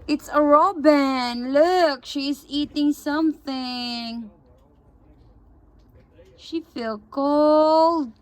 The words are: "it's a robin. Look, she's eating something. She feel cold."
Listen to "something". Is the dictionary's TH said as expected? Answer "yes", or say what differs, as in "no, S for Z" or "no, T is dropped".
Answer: yes